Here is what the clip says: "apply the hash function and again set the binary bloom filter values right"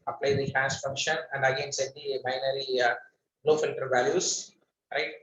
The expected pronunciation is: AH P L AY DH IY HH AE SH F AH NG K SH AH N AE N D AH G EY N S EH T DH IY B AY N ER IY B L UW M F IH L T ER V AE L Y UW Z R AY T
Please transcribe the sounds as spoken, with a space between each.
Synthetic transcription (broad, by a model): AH P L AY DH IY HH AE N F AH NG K SH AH N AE N D AH G EY N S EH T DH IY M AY N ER IY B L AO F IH N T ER V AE L Y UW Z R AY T